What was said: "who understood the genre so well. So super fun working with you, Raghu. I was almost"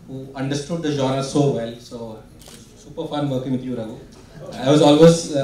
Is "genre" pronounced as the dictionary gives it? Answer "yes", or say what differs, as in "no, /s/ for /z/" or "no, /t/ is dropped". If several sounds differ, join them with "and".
no, /n/ is dropped